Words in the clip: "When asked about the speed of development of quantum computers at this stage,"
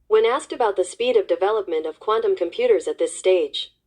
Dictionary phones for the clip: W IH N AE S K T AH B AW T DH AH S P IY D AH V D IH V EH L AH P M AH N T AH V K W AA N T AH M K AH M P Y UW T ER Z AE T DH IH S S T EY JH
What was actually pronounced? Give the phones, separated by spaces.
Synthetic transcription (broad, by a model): W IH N AE S K T AH B AW T DH AH S P IY D AH V D IH V EH L AH P M AH N T AH V K W AA N T AH M K AH M P Y UW T ER Z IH T DH IH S S T EY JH